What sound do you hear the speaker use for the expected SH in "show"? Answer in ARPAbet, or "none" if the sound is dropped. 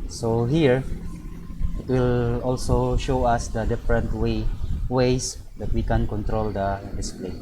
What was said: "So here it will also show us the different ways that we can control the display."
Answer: SH